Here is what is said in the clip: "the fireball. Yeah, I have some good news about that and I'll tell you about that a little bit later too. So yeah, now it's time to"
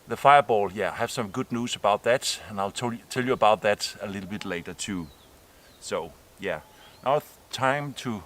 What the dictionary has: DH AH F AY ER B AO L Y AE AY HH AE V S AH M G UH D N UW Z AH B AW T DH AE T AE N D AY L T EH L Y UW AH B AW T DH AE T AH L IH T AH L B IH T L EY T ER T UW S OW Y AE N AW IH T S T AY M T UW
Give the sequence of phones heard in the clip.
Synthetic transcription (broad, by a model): DH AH F AY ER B AO L Y AE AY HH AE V S AH M G UH D N UW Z AH B AW T DH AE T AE N AY L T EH L Y UW AH B AW T DH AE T AH L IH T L B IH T L EY T ER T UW S OW Y AE N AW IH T T AY M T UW